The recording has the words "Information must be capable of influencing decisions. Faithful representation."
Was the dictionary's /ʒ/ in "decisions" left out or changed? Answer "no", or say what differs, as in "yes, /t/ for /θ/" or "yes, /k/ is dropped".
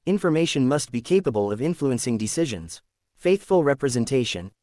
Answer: no